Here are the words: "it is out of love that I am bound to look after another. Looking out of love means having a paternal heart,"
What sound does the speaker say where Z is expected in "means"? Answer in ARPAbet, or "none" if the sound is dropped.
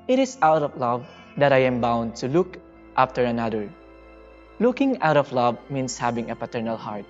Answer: S